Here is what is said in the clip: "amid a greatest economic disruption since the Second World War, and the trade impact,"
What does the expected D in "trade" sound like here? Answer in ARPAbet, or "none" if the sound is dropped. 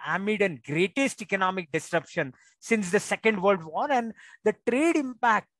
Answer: D